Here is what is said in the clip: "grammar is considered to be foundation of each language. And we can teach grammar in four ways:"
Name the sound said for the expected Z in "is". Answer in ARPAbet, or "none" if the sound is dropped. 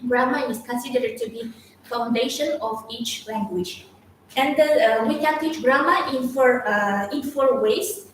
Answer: S